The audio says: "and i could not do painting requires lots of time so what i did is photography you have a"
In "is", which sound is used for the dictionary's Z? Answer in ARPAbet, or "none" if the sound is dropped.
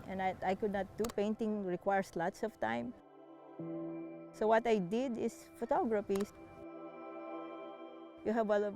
S